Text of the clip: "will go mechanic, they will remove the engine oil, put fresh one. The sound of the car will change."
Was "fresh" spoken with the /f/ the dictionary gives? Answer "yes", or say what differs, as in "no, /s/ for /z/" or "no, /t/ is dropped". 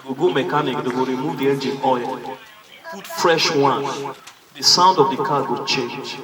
yes